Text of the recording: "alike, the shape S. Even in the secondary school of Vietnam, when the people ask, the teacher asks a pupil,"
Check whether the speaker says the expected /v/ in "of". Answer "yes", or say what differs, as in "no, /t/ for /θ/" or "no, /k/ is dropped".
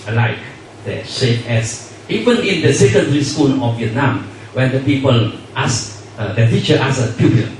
no, /f/ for /v/